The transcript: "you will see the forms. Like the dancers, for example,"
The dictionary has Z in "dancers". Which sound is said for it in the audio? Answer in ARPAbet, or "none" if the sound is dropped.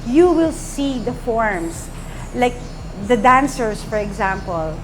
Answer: S